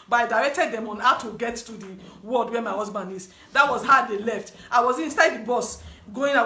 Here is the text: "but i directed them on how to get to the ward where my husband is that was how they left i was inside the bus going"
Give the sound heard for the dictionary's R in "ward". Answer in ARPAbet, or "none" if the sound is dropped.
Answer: L